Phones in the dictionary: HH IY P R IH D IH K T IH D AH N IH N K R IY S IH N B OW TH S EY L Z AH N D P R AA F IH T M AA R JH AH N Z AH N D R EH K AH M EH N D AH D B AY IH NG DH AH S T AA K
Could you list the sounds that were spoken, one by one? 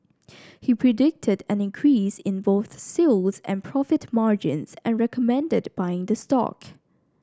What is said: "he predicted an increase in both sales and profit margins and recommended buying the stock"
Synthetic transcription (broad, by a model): HH IY P R IH D IH K T IH D AH N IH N K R IY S IH N B OW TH S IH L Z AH N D P R AA F IH T M AA R JH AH N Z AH N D R EH K AH M EH N D AH D B AY IH NG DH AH S T AA K